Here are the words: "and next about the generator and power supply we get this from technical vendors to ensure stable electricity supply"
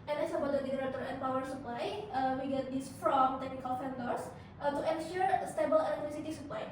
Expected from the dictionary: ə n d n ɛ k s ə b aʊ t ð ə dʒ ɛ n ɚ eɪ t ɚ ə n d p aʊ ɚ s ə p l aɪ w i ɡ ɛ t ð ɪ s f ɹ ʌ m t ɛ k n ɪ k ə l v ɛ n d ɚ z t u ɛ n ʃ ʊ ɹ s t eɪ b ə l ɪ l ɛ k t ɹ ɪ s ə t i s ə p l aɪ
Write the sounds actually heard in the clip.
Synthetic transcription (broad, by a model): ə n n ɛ s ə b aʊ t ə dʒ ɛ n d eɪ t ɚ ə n p aʊ ɚ s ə p l aɪ w i ɡ ɛ t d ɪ s f ɹ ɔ m t ɛ k n ɪ k ə l f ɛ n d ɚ s t u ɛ n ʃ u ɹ s t eɪ b ə l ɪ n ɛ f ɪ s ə t i s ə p l aɪ